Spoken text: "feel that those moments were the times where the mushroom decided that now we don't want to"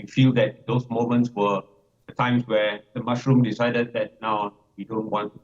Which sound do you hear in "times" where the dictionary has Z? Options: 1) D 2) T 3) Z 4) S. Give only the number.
4